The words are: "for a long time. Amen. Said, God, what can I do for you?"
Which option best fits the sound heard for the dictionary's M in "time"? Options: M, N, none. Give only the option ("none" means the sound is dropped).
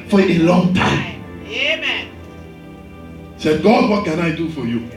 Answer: none